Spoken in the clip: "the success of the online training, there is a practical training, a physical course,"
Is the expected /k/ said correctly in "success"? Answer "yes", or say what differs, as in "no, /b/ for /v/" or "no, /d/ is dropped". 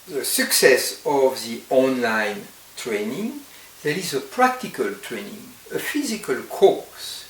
yes